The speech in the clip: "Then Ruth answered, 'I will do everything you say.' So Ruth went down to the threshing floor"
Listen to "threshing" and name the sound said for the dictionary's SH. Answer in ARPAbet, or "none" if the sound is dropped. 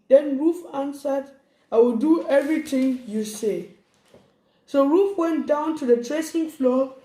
S